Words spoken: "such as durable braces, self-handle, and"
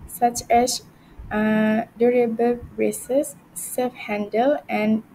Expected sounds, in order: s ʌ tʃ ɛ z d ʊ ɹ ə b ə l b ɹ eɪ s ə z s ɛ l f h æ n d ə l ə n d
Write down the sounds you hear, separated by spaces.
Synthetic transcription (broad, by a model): s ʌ tʃ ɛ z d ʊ ɹ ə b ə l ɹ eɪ s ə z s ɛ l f h æ n d ə l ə n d